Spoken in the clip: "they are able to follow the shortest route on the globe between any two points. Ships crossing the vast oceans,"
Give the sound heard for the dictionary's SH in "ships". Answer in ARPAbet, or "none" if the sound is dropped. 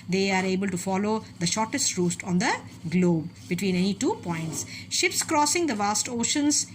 SH